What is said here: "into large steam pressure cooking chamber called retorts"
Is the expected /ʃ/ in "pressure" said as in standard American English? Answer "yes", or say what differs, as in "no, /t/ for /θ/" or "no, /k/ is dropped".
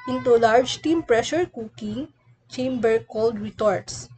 yes